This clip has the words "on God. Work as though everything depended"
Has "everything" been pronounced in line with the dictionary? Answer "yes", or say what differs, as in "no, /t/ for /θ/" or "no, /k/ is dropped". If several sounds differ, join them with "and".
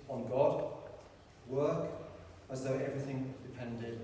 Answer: yes